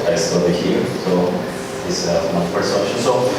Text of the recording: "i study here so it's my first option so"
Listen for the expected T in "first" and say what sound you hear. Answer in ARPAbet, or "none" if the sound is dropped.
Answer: none